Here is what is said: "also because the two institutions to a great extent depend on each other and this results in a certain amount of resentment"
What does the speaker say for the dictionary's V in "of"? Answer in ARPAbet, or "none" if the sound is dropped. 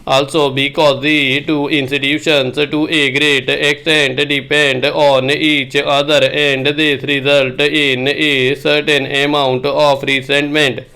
P